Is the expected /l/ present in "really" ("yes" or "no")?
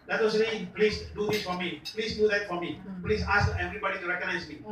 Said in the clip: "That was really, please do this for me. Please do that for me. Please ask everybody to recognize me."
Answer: no